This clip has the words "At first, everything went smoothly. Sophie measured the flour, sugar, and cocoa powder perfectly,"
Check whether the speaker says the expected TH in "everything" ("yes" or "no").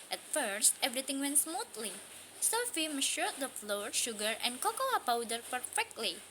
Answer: no